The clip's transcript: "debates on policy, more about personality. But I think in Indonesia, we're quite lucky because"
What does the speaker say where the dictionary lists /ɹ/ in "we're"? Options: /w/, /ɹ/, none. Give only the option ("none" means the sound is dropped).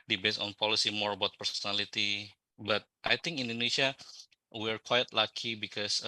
/ɹ/